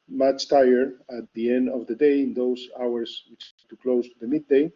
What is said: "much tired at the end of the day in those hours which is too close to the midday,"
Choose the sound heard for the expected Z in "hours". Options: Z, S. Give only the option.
S